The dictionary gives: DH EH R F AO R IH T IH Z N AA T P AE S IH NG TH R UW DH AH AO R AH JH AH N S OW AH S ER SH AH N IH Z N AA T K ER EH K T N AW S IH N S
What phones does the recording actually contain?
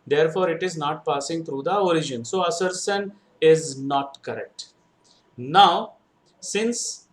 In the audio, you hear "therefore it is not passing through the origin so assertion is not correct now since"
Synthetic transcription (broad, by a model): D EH R F AO R IH T IH Z N AA T P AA S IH NG T R UW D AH AO R AH JH AH N S OW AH S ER S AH N IH Z N AA T K ER EH K T N AW S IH N S